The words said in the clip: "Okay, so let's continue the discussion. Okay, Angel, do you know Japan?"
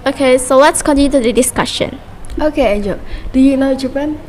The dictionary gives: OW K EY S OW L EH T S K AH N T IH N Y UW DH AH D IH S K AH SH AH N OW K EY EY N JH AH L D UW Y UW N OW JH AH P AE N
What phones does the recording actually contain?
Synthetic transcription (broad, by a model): OW K EY S OW W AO T S K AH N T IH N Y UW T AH D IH S K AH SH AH N OW K EY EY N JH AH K D UW Y UW N OW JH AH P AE N